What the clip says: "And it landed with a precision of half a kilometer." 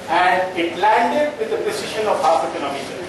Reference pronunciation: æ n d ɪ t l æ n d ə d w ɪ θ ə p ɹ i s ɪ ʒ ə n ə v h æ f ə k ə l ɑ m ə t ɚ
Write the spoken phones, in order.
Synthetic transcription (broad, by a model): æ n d ɪ t l æ n d ə d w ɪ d ə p i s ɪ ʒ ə n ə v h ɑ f ə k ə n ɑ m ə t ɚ